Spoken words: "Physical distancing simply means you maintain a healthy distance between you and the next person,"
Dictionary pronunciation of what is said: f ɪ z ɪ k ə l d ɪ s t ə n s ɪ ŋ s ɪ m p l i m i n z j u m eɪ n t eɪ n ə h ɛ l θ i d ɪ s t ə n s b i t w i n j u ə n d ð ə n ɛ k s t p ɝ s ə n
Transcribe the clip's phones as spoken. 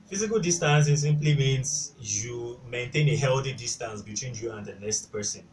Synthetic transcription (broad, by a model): f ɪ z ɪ k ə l d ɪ s t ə n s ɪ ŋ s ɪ m p l i m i n s j u m eɪ n t eɪ n ə h ɛ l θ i d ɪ s t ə n s b i t w i n j u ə n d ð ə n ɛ s t p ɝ s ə n